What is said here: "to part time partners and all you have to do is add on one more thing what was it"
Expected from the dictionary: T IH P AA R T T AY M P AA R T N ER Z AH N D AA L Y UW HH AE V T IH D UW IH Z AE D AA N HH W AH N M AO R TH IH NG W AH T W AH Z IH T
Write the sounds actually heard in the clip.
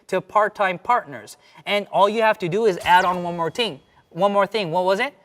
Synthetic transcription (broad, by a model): T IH P AA R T T AY M P AA R T N ER Z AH N AA L Y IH HH AE F T IH D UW IH Z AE D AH N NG W AH N M AO R TH IH NG W AH T W AH Z IH T